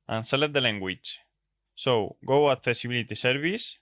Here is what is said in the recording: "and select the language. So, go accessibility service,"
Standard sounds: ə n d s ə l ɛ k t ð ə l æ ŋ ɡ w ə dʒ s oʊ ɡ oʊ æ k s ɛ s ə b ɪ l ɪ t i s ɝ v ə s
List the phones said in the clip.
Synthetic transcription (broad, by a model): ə n s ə l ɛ t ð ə l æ ŋ ɡ w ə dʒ s oʊ ɡ oʊ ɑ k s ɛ s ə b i l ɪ t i s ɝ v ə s